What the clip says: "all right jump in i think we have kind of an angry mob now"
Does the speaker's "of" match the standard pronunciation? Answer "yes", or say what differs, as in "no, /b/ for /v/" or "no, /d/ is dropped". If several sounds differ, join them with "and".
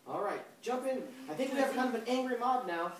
no, /b/ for /v/